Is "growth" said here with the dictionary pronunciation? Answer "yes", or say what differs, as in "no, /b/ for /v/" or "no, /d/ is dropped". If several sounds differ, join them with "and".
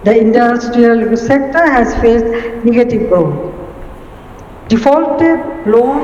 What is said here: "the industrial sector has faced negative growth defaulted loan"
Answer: no, /ɹ/ is dropped